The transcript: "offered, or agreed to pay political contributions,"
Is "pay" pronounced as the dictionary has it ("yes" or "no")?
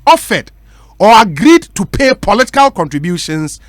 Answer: yes